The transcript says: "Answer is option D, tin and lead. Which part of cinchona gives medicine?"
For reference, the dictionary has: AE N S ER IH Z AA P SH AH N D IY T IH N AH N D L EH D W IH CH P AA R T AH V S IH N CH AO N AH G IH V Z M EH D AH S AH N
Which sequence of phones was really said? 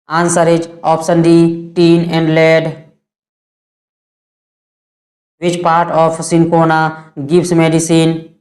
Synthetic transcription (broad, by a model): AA N S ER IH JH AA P S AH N D IY T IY N AH N D L EH D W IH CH P AA R T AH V S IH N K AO N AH G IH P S M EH D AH S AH N